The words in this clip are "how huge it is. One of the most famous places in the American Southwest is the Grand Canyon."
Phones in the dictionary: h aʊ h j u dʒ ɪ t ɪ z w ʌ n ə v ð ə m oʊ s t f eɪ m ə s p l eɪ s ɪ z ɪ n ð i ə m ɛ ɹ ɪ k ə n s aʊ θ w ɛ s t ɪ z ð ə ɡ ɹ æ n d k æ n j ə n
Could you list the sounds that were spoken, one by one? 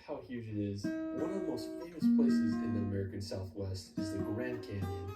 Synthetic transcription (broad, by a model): h aʊ h j u dʒ ɪ t ɪ z w ʌ n ə v ð ə m oʊ s t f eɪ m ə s p l eɪ s ɪ z ɪ n ð i ə m ɛ ɹ ɪ k ə n s aʊ θ w ɛ s t ɪ z ð ə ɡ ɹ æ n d k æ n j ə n